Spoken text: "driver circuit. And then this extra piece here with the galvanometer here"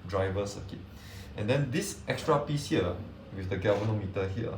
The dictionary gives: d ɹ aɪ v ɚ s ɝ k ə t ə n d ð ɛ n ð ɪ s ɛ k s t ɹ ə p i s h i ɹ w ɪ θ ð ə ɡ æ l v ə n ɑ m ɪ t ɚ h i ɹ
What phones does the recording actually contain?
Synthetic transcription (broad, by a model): d ɹ aɪ v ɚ s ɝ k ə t ə n d ɛ n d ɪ s ɛ k s t ɹ ə p i s h i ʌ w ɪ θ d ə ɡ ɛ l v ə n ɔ m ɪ t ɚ h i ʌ